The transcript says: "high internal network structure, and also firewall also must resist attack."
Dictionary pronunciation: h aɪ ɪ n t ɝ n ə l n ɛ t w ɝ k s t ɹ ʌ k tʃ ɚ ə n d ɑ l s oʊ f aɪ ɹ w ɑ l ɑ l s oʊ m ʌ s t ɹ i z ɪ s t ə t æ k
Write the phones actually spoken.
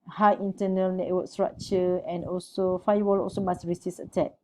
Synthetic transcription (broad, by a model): h aɪ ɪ n t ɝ n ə l n ɛ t w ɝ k s t ɹ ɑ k tʃ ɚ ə n ɑ l s oʊ f aɪ w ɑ l ɑ l s oʊ m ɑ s ɹ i s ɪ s ə t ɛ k